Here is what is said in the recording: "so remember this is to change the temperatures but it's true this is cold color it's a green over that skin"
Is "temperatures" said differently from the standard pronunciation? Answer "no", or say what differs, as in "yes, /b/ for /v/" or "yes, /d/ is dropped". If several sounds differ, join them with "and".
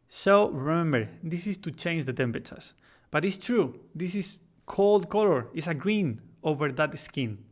yes, /ɹ/ is dropped